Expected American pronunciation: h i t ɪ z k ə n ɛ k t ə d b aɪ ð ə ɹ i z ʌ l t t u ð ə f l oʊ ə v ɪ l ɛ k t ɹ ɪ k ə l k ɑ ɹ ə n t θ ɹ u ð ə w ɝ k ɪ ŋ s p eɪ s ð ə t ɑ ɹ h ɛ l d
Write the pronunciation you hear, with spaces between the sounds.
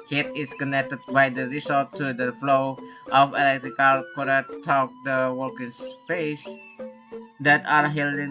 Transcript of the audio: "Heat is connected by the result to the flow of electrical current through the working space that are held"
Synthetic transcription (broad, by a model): h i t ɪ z k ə n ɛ k t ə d b aɪ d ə ɹ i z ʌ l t t u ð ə f l oʊ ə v ɪ l ɛ k t ɹ ɪ k ə l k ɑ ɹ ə t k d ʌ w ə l k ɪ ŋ s p eɪ s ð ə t ɑ ɹ h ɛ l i